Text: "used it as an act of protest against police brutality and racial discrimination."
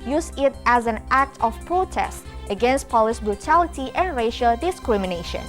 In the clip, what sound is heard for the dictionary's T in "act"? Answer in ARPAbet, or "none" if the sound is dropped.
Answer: T